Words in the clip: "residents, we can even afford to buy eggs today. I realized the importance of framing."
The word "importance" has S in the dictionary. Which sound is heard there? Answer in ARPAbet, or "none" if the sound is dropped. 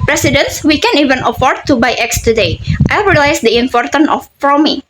none